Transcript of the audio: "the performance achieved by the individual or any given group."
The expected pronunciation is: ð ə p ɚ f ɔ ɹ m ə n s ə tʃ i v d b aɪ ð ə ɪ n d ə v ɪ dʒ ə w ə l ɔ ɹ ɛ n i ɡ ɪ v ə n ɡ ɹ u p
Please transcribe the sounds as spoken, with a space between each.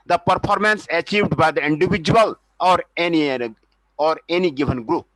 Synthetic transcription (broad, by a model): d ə p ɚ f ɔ ɹ m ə n s ə tʃ i v d b aɪ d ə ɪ n d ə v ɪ dʒ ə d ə n ɔ ɹ ɛ n i ɡ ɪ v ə n ɡ ɹ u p